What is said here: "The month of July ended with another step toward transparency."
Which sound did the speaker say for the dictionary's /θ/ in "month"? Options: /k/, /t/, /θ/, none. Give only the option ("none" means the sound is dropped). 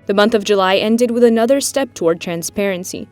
/θ/